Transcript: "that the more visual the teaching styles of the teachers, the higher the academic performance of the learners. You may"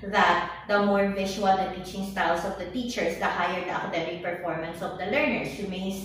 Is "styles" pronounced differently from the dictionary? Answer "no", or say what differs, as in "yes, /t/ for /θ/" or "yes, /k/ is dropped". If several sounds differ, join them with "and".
yes, /s/ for /z/